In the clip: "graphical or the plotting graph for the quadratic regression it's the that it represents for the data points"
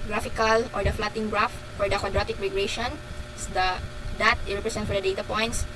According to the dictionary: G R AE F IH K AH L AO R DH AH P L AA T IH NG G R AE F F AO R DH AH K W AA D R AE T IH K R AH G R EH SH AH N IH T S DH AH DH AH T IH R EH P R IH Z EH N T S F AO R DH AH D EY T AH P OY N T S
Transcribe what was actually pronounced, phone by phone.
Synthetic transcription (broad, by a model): G R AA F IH K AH L AO R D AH F L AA T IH NG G R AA F F AO R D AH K W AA D R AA T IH K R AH G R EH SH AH N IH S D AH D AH T IH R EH P R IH S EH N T F AO R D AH D EY T AH P OY N T S